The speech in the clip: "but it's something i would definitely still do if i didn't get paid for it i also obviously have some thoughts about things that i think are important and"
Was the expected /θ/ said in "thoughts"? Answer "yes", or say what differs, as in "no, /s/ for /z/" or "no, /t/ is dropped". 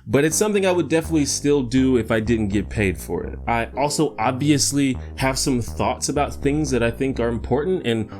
yes